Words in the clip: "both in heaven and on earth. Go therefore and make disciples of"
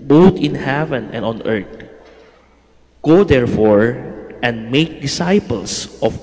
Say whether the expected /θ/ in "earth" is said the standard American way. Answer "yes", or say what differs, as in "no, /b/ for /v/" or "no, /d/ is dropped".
no, /t/ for /θ/